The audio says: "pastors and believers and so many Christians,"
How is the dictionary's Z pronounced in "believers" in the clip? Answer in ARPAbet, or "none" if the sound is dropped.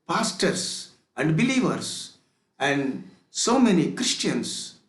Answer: S